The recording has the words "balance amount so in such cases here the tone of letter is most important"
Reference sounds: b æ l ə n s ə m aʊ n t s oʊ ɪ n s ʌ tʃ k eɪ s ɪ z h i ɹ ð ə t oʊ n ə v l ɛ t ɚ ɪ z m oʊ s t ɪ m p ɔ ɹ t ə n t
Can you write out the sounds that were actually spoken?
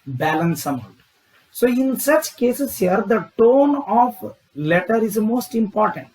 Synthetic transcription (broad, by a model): b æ l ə n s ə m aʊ t s oʊ ɪ n s ʌ tʃ k eɪ s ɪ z h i ɹ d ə t oʊ n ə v l ɛ t ɚ ɪ z m oʊ s t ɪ m p ɔ ɹ t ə n t